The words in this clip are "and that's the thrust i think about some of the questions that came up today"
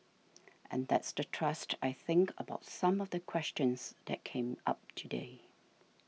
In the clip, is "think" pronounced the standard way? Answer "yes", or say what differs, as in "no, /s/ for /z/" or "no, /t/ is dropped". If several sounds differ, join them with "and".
yes